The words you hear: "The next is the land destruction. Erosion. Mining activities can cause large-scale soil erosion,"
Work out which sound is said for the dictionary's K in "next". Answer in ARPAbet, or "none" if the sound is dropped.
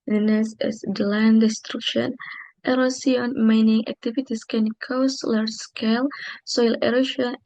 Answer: none